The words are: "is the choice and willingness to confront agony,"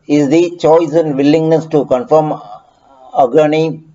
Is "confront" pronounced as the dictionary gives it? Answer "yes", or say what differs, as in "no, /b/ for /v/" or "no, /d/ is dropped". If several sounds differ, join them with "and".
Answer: no, /ɹ/ is dropped